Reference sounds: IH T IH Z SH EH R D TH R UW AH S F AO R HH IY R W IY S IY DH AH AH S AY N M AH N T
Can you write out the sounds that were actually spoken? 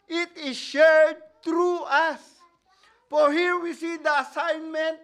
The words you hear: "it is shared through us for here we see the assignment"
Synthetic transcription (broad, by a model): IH T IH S SH EH R D T R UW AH S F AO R HH IY R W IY S IY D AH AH S AY N M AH N T